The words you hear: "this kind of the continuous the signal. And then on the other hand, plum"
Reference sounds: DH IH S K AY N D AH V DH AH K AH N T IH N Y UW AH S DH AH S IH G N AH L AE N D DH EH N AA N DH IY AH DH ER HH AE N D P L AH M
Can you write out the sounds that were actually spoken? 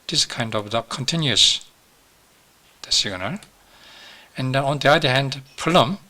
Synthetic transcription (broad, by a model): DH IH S K AY N D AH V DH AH K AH N T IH N Y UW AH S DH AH S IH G N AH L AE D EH N AA N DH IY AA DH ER HH AE N D P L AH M